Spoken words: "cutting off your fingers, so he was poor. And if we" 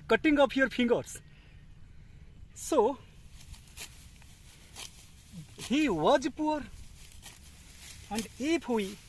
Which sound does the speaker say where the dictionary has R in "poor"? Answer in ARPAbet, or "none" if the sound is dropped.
R